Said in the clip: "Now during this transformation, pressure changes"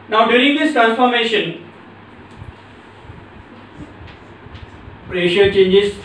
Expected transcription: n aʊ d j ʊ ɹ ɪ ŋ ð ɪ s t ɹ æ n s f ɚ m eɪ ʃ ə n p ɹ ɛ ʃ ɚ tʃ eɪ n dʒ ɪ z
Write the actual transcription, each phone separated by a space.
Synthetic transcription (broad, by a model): n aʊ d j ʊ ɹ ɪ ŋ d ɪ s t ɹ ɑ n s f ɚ m eɪ ʃ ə n p ɹ ɛ ʃ ɚ tʃ eɪ n dʒ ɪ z